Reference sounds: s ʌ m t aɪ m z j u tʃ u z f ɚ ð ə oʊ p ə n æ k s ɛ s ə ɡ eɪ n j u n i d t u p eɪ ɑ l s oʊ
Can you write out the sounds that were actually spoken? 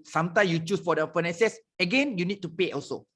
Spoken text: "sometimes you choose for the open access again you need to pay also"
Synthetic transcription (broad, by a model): s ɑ m t aɪ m j u tʃ u s f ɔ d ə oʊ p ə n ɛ s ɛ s ə ɡ eɪ n j u n i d t u p eɪ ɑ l s oʊ